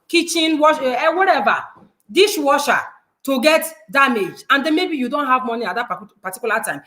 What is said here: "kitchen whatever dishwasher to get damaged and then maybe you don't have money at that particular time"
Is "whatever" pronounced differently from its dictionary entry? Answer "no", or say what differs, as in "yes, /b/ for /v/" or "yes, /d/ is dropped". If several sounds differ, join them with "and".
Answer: yes, /w/ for /v/